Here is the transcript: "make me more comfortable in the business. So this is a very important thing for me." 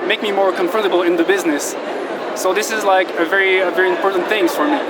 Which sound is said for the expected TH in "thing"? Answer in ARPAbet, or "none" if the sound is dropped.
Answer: TH